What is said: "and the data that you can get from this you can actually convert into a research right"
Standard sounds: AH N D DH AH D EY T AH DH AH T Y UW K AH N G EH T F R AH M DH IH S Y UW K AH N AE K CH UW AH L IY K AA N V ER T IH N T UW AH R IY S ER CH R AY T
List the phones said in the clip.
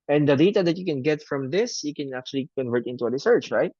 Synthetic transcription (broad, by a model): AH N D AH D EY T AH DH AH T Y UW K AH N G EH T F R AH M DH IH S Y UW K AH N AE K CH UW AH L IY K AA N V ER T IH N T UW AH R IY S ER CH R AY T